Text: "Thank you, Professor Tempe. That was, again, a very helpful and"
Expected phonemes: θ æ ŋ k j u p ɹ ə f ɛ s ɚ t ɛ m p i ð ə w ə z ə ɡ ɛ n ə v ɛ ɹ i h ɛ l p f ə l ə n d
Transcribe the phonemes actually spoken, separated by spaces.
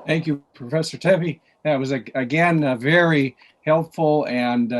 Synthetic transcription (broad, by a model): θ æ ŋ k j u p ɹ ə f ɛ s ɚ t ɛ p i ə w ə z ə ɡ ɛ n v ɛ ɹ i h ɛ l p f l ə n